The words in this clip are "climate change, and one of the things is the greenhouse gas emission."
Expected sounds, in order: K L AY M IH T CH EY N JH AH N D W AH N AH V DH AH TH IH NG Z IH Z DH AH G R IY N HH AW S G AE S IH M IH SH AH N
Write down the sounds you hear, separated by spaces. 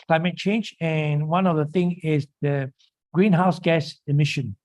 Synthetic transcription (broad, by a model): K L AY M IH T CH EY N JH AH N W AH N AH V DH AH TH IH NG IH Z DH AH G R IY N HH AW S G AE S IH M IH SH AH N